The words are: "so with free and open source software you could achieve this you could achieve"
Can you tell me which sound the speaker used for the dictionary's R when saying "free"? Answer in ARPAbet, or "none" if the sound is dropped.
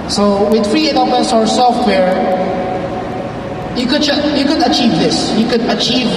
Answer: R